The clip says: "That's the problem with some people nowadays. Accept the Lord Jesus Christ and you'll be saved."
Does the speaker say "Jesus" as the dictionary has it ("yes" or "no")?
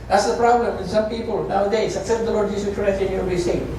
no